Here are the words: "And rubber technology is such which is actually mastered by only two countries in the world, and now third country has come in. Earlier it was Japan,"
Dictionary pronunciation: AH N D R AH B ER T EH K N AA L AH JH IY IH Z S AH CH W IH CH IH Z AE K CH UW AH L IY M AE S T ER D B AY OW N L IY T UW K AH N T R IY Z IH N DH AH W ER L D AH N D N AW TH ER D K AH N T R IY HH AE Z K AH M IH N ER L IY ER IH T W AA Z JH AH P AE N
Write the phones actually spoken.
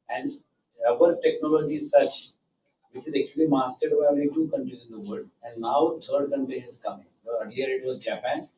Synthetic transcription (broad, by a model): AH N D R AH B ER T EH K N AA L AH JH IY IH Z S AH CH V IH CH IH Z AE K CH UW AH L IY M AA S T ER D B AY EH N IY T UW K AH N T R IY Z IH N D AH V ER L D AH N D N AW T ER D K AH N T R IY HH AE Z K AH M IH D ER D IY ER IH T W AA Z JH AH P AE N